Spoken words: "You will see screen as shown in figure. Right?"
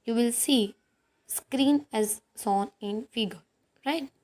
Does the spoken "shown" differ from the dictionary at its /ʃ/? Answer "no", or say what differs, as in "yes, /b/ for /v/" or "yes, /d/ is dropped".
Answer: yes, /s/ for /ʃ/